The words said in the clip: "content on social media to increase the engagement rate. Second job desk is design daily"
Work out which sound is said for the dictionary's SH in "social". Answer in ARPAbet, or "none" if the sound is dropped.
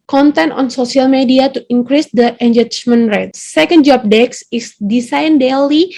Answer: S